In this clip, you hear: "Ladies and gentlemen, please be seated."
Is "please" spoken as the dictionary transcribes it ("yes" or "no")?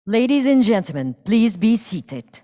yes